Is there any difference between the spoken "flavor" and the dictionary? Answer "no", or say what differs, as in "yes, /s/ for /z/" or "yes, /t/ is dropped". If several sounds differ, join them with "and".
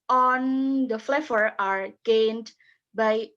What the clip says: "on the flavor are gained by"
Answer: yes, /f/ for /v/